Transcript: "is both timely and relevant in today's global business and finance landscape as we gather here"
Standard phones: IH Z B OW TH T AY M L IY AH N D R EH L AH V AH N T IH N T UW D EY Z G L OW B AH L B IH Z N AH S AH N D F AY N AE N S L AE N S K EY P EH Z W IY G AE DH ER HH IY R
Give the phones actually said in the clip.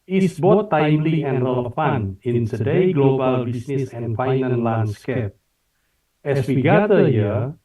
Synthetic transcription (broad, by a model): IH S B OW T AY M L IY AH N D R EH L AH F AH N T IH N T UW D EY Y G L OW B AH L B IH S N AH S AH N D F AY N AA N L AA N S K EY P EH S W IY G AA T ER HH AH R